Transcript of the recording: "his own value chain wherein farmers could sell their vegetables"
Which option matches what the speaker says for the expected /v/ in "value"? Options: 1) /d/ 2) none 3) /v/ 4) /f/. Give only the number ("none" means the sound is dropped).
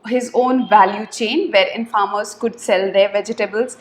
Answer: 3